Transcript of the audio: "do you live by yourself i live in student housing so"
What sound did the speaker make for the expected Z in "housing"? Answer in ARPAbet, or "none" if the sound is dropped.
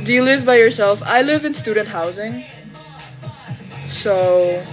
Z